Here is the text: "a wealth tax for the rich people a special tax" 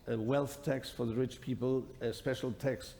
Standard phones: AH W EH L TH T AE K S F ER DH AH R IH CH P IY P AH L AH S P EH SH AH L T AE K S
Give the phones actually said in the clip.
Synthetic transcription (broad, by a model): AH W EH L TH T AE K S F ER DH AH R IH CH P IY P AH L AH S P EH SH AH L T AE K S